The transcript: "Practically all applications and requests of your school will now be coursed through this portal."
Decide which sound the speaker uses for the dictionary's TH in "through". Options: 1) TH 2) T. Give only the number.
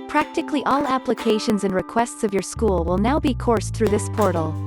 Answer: 1